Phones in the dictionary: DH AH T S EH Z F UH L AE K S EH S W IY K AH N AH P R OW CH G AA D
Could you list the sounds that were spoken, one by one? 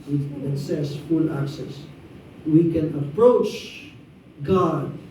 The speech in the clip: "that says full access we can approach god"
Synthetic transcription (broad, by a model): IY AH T S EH S F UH L AE K S EH S W IY K AH N AH P R OW CH G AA D